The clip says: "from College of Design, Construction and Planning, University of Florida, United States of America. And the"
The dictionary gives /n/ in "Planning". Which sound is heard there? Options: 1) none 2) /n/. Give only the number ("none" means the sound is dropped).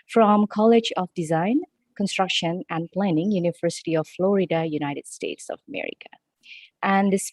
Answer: 2